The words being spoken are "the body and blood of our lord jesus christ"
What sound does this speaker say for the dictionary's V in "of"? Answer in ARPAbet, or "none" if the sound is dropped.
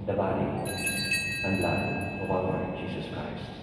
W